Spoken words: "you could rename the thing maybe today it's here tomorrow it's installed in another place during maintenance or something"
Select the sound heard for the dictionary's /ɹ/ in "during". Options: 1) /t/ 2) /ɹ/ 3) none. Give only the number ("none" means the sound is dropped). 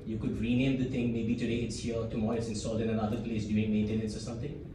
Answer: 3